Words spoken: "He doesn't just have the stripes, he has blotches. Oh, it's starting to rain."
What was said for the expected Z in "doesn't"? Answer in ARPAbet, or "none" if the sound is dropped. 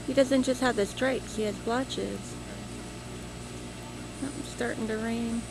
Z